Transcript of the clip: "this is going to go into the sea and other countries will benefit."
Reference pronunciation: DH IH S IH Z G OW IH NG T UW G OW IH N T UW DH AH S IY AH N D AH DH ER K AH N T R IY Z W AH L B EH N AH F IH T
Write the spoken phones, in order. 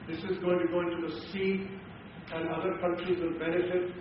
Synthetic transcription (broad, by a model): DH IH S IH Z G OW IH NG T UW G OW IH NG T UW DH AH S IY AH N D AH DH ER K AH N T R IY Z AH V B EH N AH F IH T